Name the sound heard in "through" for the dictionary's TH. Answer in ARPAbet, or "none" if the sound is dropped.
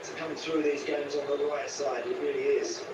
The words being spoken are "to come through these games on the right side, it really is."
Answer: TH